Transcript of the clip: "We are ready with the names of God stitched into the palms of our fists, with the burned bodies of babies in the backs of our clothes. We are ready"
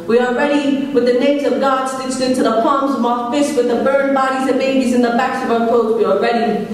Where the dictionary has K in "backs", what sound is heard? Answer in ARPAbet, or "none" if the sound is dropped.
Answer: K